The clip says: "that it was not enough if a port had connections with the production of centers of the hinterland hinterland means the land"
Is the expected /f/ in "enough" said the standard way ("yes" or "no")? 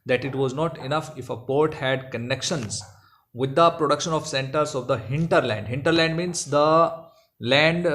yes